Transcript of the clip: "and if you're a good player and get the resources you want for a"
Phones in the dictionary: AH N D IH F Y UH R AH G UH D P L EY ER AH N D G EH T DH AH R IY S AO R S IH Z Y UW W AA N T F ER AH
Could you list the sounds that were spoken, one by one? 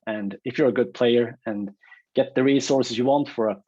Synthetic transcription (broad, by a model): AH N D IH F Y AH R AH G UH D P L EY ER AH N G EH T DH AH R IY S AO R S IH Z Y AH W AA N T F ER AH